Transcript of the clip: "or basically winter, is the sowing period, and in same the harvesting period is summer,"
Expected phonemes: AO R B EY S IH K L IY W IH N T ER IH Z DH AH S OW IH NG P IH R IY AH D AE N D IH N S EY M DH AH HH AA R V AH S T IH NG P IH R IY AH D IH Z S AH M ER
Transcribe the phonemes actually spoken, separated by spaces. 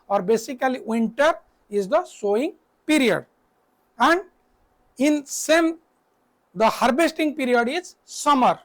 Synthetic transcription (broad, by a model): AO R B EY S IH K L IY W IH N T ER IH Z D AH S OW IH NG P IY R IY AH D AE N D IH N S EY M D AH HH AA R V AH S T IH NG P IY R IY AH D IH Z S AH M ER